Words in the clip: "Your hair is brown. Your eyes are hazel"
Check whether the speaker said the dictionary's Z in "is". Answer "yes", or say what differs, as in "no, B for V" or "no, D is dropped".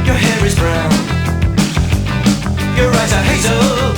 yes